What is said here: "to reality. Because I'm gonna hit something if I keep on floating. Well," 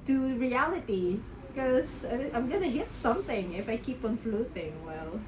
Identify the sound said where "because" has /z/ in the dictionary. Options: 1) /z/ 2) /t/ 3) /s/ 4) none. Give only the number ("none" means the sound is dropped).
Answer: 4